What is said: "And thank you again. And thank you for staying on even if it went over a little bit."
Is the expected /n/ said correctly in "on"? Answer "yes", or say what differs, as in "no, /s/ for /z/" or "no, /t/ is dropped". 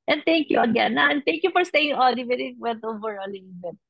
no, /l/ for /n/